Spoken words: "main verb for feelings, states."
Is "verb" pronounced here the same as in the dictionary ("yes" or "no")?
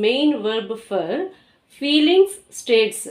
yes